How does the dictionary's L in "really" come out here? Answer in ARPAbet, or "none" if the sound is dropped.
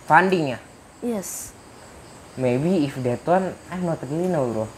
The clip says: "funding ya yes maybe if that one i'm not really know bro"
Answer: none